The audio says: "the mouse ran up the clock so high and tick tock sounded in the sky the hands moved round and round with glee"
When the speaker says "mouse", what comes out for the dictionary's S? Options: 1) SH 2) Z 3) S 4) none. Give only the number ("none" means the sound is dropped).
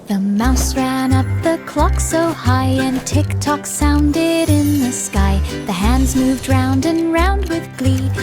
3